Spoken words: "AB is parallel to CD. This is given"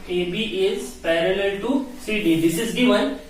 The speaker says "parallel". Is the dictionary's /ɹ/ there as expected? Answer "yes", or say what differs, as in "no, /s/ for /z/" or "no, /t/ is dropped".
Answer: yes